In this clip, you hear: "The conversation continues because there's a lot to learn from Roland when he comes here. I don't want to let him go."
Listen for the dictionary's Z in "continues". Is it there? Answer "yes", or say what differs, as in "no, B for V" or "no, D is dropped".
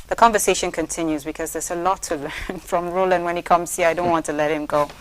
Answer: yes